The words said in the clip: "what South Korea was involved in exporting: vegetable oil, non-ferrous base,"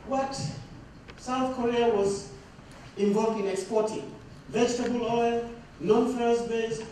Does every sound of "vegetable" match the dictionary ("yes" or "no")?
yes